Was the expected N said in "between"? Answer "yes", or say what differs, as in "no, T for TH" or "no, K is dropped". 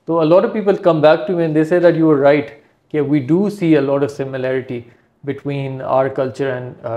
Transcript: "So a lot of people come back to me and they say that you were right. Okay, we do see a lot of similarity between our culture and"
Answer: yes